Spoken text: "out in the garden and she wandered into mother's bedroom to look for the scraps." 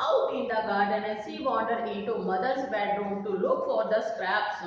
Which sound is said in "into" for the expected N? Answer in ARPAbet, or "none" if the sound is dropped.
none